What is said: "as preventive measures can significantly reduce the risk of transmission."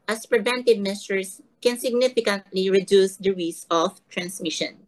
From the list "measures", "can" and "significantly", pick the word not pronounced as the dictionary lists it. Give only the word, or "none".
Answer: measures